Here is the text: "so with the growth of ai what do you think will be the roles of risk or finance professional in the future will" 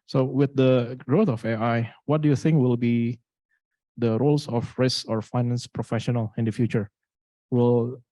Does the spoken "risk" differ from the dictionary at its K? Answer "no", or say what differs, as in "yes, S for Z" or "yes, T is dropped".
yes, K is dropped